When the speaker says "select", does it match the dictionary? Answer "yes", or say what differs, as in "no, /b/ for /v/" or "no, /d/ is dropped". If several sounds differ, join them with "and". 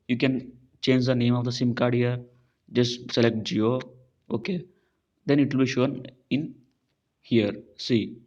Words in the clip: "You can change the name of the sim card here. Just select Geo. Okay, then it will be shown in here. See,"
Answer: yes